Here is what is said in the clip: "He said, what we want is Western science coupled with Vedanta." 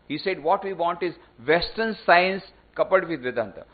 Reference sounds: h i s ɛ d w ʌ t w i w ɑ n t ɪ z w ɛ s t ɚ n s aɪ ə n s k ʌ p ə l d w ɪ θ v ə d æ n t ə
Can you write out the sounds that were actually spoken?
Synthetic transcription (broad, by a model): h i s ɛ d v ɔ t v i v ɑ n t ɪ z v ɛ s t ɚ n s aɪ ə n s k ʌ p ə d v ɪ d v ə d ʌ n t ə